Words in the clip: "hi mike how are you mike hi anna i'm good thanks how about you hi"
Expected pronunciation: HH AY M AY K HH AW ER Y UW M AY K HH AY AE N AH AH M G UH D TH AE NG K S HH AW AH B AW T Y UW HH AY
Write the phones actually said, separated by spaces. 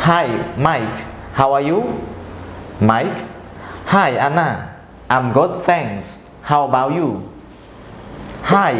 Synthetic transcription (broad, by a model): HH AY M AY K HH AW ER Y UW M AY K HH AY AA N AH AH M G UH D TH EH NG S HH AW AH B AW T Y UW HH AY